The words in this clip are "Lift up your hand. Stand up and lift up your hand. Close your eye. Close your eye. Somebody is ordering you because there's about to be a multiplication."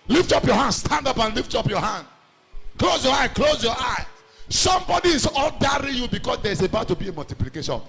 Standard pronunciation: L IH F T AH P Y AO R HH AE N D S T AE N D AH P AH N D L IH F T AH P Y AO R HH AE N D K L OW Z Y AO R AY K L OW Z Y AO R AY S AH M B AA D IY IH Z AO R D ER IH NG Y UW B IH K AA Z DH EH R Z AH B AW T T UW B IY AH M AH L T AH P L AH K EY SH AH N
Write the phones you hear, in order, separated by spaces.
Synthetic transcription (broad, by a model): L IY F T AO P Y AO HH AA N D S T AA N D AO P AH N L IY F T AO P Y AO HH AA N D K L OW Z Y AO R AY K L OW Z Y AO AY S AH M B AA D IY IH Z AO L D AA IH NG Y UW B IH K AA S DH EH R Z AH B AW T T UW B IY AH M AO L T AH P L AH K EY SH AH N